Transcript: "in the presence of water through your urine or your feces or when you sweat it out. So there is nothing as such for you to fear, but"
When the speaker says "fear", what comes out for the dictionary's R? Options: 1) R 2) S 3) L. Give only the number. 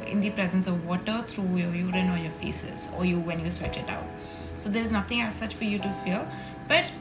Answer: 3